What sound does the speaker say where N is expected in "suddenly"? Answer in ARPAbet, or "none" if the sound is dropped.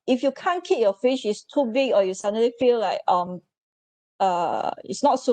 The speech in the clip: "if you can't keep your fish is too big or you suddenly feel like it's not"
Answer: none